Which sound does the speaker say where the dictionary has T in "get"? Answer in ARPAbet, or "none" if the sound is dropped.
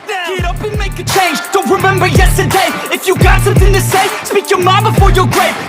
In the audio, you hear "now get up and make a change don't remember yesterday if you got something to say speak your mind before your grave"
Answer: none